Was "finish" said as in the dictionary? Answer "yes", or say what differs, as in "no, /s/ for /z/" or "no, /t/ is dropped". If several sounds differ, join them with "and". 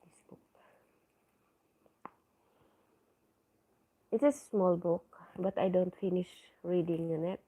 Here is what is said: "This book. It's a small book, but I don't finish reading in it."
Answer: yes